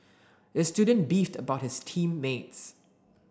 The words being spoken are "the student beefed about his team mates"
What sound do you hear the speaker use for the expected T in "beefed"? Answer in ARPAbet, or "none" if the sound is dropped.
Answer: T